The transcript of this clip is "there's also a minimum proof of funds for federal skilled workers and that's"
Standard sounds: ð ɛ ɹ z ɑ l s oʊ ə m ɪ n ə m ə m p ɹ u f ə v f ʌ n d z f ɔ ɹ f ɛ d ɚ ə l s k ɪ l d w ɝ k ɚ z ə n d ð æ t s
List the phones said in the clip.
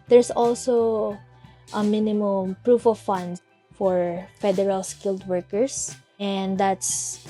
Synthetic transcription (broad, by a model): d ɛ ɹ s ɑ l s oʊ ə m ɪ n ə m ə m p ɹ u f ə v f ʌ n d f ɔ ɹ f ɛ d ɚ ə l s k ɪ l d w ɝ k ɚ s ə n d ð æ t s